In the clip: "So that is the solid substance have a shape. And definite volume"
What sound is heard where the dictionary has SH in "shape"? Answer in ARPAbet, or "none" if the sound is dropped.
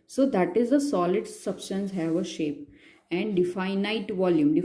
SH